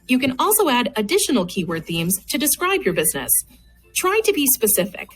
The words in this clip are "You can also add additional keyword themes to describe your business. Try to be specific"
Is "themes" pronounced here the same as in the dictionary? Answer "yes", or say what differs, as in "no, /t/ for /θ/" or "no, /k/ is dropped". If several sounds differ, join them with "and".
yes